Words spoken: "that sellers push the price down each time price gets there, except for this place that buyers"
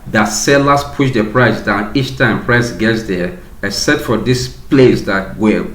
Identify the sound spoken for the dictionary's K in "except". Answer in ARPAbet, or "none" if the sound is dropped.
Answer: none